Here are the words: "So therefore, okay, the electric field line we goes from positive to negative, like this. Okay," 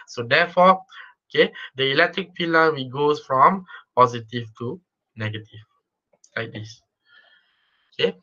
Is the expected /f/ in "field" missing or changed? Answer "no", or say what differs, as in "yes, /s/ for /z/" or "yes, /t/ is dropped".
yes, /p/ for /f/